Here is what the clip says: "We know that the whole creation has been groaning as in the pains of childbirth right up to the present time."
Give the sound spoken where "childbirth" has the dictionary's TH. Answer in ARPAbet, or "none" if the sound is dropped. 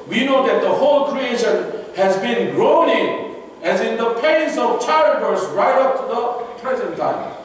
S